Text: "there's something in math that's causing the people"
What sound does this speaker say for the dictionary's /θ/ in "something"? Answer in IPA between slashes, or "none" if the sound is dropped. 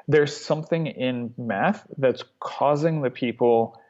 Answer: /θ/